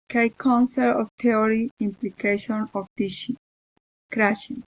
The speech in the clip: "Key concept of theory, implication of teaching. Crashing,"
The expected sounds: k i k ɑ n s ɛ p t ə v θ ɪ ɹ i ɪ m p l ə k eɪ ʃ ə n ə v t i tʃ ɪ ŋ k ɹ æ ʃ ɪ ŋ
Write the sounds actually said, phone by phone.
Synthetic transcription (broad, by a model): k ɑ k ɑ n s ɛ t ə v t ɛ ɹ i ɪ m p l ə k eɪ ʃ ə n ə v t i ʃ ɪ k ɹ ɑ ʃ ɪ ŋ